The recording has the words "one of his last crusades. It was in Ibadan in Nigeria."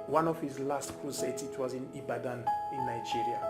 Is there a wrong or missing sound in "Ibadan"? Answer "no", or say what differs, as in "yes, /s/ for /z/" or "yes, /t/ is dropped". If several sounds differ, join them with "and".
no